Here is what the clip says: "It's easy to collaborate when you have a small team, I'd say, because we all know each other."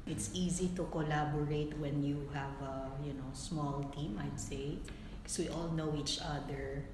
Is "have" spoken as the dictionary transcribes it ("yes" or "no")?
yes